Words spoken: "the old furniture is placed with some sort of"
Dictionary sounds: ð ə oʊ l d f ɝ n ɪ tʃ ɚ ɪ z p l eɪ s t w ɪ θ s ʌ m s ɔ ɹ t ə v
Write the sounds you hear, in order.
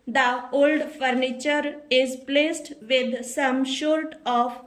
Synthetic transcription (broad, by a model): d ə oʊ l d f ɝ n ɪ tʃ ɚ ɪ z p l eɪ s t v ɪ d s ʌ m ʃ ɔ ɹ t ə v